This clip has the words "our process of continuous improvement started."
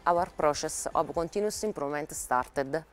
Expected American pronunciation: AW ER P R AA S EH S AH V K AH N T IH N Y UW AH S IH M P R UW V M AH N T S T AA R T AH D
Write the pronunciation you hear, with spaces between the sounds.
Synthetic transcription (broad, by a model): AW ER P R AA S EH S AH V K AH N T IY N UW S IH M P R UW M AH N T S T AA R T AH D